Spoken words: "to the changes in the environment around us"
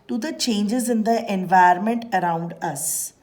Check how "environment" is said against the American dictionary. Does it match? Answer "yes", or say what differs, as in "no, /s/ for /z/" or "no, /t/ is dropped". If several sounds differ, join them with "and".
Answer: no, /ɹ/ is dropped